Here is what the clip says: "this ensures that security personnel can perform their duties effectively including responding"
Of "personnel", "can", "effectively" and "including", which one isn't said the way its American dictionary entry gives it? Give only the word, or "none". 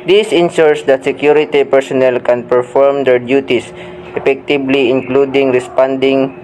effectively